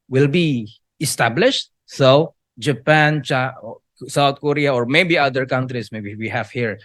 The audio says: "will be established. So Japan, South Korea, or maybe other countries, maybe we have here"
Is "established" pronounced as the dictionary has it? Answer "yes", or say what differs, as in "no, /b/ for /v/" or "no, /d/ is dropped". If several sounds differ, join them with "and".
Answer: yes